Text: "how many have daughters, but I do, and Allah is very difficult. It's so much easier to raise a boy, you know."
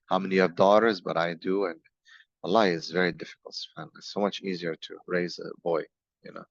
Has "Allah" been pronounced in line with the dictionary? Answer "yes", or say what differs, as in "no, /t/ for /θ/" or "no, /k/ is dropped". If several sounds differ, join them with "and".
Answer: no, /l/ is dropped